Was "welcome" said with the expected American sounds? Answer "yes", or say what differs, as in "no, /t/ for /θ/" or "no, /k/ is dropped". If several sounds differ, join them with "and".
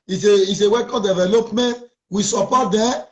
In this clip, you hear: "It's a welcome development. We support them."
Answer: no, /l/ is dropped